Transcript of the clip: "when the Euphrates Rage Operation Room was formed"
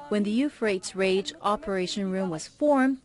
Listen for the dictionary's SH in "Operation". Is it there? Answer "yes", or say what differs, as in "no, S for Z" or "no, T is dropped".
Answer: yes